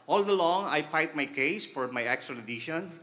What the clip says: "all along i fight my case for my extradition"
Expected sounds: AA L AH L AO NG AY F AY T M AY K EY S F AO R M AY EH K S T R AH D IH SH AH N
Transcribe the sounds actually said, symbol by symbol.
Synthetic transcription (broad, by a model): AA L AH L AO NG AY P AY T M AY K EY S F AO R M AY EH K S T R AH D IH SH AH N